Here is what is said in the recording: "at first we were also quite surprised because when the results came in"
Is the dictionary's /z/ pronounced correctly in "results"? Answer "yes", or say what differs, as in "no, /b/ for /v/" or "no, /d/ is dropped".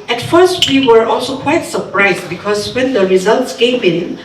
yes